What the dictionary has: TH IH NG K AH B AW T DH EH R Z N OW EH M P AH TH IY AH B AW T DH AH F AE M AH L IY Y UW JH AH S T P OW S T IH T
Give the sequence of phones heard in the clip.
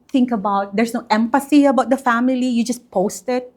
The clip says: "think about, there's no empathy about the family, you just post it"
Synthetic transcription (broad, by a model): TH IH NG K AH B AW T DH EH R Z N OW EH M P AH S IY AH B AW T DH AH F AE M AH L IY Y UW JH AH S P OW S T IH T